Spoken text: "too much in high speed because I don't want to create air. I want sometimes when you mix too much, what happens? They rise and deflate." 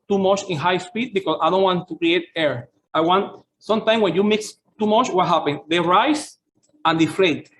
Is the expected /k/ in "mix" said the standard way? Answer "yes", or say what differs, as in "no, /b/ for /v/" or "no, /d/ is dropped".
yes